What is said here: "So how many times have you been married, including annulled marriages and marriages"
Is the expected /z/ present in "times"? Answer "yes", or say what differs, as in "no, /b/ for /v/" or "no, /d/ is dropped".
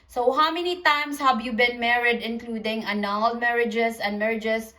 no, /s/ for /z/